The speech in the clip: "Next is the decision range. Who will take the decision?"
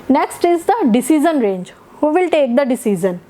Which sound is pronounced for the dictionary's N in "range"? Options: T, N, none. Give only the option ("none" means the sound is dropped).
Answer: N